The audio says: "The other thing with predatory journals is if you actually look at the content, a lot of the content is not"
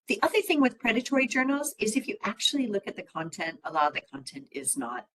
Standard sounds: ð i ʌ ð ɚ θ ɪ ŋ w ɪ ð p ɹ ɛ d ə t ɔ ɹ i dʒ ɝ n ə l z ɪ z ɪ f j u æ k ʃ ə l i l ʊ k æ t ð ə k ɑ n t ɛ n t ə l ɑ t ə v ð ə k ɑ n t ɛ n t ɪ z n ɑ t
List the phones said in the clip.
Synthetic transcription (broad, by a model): ð i ʌ ð ɚ θ ɪ ŋ w ɪ ð p ɹ ɛ d ə t ɔ ɹ i dʒ ɝ n l z ɪ z ɪ f j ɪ æ k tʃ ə l i l ʊ k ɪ t ð ə k ɑ n t ɛ n t ə l ɑ ə ð ə k ɑ n t ɛ n t ɪ z n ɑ t